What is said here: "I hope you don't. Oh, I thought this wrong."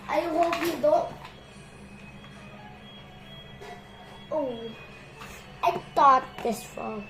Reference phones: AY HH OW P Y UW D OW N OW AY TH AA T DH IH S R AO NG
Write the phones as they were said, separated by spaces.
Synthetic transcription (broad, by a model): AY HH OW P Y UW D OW OW AY T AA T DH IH S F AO